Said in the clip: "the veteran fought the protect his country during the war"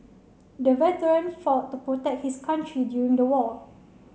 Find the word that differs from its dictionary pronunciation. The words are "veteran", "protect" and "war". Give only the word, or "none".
war